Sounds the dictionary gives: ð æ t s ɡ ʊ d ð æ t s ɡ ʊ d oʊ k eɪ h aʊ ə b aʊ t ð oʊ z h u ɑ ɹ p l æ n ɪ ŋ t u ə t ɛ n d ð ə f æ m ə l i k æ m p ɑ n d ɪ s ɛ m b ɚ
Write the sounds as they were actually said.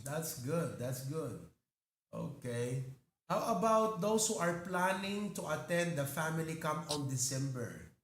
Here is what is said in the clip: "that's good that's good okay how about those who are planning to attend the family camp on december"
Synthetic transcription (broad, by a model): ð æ t s ɡ ʊ d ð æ t s ɡ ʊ d oʊ k eɪ h aʊ ə b aʊ t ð oʊ s h u ɑ ɹ p l æ n ɪ ŋ t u ə t ɛ n d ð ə f æ m ə l i k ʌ m ɑ n d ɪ s ɛ m b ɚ